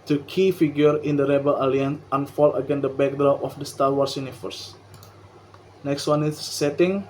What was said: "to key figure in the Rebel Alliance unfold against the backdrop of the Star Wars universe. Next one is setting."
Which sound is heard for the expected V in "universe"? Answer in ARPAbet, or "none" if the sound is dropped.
F